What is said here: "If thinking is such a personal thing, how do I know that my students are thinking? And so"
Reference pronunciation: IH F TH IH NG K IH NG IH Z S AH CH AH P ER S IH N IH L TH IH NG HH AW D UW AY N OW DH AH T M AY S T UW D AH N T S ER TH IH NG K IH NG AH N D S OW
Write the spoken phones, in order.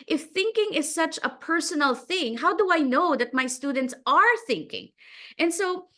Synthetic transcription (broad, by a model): IH F TH IH NG K IH NG IH Z S AH CH AH P ER S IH N L TH IH NG HH AW D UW AY N OW DH AH T M AY S T UW D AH N T S ER TH IH NG K IH NG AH N S OW